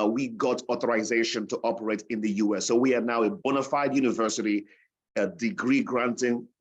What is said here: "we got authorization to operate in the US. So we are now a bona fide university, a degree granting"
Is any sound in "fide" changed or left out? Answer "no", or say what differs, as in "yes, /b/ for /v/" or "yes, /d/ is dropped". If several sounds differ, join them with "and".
no